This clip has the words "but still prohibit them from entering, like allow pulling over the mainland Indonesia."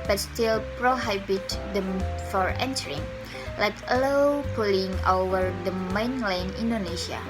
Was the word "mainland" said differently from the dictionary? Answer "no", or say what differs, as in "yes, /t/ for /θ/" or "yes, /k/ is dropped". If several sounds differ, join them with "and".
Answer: yes, /d/ is dropped